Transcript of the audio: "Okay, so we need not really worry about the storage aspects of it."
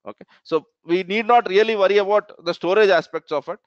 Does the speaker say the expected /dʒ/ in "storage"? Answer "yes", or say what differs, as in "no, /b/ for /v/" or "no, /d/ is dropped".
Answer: yes